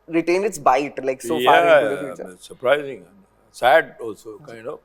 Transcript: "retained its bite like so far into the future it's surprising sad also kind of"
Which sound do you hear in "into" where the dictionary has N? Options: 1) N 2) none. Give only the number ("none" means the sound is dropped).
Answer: 2